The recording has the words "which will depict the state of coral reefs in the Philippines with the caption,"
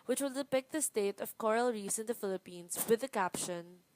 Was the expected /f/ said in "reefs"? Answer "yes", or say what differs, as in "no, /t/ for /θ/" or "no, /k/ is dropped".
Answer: no, /f/ is dropped